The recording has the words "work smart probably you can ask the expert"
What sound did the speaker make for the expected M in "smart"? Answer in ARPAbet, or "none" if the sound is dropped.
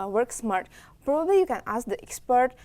M